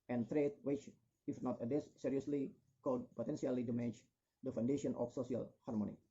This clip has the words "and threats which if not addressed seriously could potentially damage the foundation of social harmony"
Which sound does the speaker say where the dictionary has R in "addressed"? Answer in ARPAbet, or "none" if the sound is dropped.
none